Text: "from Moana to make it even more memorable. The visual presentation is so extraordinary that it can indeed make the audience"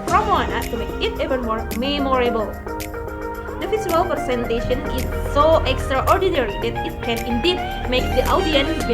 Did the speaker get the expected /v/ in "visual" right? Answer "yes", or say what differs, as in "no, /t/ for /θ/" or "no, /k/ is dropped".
no, /f/ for /v/